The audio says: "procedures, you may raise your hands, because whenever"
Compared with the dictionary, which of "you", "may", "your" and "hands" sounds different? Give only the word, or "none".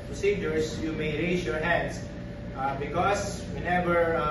hands